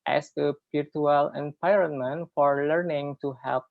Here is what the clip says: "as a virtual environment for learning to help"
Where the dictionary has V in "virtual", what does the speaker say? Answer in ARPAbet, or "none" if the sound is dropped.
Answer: P